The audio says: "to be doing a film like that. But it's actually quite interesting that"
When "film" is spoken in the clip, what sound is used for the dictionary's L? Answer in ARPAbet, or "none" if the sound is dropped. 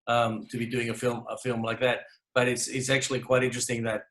L